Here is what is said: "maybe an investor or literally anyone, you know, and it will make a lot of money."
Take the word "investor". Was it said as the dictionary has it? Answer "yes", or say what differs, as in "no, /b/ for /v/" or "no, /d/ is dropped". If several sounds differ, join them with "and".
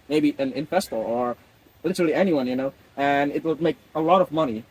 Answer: no, /f/ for /v/